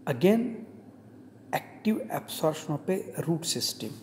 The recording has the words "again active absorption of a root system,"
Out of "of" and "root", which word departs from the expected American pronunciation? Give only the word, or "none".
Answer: of